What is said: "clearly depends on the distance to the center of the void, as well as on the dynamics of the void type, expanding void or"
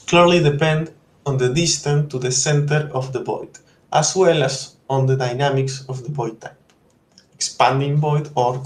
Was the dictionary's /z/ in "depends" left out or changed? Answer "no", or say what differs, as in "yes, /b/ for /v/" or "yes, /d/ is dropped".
yes, /z/ is dropped